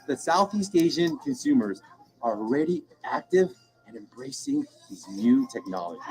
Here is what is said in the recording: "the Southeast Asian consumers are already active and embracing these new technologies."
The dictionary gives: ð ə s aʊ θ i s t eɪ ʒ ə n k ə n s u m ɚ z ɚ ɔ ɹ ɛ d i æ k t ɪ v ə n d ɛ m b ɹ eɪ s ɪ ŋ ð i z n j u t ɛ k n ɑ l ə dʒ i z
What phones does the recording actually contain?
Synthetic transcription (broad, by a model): ð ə s aʊ θ i s t eɪ ʒ ə n k ə n s u m ɚ z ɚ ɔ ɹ ɛ d i æ k t ɪ v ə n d ɛ m b ɹ eɪ s ɪ ŋ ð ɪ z n j u t ɛ k n ɑ l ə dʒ i